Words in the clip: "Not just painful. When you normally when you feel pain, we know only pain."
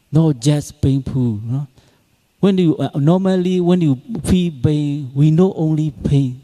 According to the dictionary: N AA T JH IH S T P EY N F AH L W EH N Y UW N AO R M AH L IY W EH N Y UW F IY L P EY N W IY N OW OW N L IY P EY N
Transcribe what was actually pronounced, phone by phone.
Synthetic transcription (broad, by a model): N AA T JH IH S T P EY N P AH N W EH N Y UW N AO M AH L IY W EH N Y UW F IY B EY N W IY N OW OW N L IY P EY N